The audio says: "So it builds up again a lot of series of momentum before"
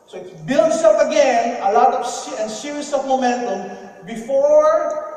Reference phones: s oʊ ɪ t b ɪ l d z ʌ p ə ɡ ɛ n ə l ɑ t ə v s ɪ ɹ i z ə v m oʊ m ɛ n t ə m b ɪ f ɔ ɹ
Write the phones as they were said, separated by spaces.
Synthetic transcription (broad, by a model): s oʊ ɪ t b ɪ l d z ʌ p ə ɡ ɛ n ə l ɑ t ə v s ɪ ɹ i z ə v m oʊ m ɛ n t ə m b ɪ f ɔ ɹ